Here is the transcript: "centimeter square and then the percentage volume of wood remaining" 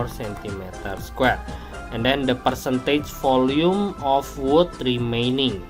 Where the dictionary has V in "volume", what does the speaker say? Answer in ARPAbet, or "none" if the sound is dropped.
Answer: F